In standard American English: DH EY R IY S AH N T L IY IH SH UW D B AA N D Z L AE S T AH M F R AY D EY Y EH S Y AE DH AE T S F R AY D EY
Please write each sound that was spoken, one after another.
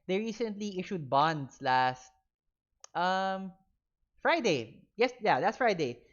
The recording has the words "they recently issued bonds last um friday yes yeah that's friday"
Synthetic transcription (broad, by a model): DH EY R IY S AH N T L IY IH SH UW D B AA N D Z L AE S T AH M F R AY D EY Y EH S Y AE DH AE T S F R AY D EY